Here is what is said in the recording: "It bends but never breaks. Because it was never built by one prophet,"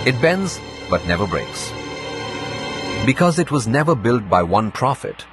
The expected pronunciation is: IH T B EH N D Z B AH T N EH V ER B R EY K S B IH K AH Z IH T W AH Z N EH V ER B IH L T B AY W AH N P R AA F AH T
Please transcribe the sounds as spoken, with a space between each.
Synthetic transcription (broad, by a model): IH T B EH N D Z B AH T N EH V ER B R EY K S B IH K AH Z IH T W AH Z N EH V ER B IH L T B AY W AH N P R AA F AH T